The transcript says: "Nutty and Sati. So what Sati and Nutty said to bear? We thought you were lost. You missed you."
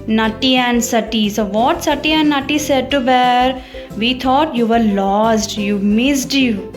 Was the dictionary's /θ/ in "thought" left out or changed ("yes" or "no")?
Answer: yes